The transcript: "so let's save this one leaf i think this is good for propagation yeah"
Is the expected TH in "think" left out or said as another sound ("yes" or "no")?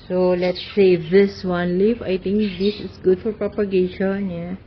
yes